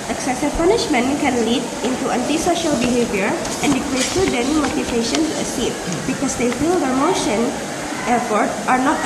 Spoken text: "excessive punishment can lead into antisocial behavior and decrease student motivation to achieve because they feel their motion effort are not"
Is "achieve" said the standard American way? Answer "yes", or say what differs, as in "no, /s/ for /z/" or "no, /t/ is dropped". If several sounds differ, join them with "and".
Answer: no, /s/ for /tʃ/